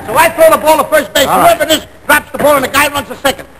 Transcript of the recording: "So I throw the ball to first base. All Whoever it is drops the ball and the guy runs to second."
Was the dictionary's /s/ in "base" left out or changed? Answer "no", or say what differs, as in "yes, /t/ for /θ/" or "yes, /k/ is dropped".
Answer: yes, /s/ is dropped